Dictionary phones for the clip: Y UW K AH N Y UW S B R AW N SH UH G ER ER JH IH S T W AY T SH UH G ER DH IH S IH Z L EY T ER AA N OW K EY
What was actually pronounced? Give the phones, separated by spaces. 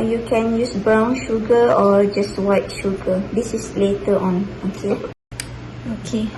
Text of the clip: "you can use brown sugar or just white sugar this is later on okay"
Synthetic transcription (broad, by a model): Y UW K AH N Y UW S B R AW N SH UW G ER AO JH IH S T W AY T SH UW G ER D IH S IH S L EY T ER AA N OW K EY